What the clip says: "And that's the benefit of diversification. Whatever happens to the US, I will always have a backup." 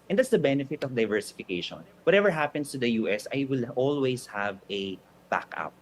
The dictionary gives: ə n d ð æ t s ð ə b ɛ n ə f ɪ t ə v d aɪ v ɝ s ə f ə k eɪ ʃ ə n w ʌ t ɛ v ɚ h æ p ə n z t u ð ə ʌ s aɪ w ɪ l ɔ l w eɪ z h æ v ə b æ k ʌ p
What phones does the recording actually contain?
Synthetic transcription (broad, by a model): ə n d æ t s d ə b ɛ n ə f ɪ t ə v d aɪ v ɝ s ə f ə k eɪ ʃ ə n w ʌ t ɛ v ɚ h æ p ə n s t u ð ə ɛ s aɪ w ɪ l ɔ l w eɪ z h æ v ə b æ k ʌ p